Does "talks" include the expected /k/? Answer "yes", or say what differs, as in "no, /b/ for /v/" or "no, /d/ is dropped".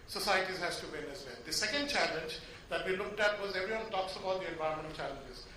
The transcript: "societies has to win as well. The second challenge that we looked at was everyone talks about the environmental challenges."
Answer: yes